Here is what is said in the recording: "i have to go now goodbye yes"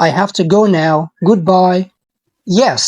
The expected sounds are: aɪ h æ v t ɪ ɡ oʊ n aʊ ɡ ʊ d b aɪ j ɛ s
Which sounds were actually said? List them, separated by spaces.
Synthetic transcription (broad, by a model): aɪ h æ f t ɪ ɡ oʊ n aʊ ɡ ʊ d b aɪ j ɛ s